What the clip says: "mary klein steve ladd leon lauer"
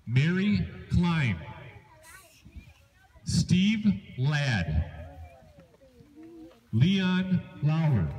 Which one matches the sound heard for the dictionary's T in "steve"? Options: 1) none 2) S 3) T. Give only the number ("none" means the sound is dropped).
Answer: 3